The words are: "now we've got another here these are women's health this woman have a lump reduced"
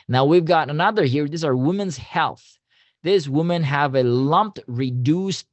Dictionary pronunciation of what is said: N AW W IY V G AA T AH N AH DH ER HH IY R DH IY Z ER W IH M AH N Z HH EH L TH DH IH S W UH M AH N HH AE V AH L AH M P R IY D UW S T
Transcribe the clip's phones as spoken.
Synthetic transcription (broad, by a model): N AW W IY V G AA T AH N AH DH ER HH IY R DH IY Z ER W IH M AH N Z HH EH L TH DH IH S W UH M AH N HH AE V AH L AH M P R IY D UW S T